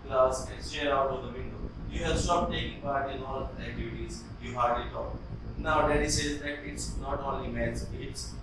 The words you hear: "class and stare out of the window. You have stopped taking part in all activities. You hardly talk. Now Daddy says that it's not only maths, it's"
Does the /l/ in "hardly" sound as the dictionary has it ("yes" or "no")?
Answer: no